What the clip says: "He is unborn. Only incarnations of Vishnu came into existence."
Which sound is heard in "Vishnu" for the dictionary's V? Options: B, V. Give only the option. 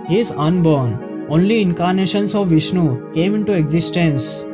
V